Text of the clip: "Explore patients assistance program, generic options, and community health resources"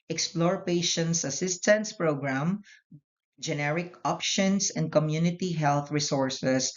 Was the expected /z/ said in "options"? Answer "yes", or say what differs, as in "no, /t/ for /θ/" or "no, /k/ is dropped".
no, /s/ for /z/